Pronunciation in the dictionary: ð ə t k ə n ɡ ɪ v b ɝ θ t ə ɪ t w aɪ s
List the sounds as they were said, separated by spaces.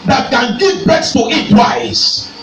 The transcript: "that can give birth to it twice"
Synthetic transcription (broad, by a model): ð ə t k ə n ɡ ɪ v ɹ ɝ s t ə ɪ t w aɪ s